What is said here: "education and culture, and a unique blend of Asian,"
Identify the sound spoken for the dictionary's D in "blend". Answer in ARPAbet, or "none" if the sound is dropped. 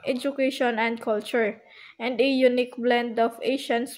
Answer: D